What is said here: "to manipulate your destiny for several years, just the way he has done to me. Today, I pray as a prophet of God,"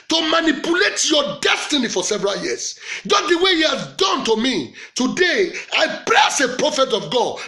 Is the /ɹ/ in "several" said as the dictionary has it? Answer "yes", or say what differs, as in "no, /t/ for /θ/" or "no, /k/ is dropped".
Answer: yes